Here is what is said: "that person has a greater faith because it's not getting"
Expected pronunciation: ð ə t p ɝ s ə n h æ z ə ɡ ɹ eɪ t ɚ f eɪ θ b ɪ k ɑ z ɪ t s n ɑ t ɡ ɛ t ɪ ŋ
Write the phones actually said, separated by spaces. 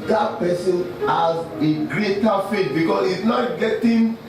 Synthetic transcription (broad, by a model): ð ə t p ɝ s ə n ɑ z ə ɡ ɹ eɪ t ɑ f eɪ t b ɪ k ɑ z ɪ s n ɑ t ɡ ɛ t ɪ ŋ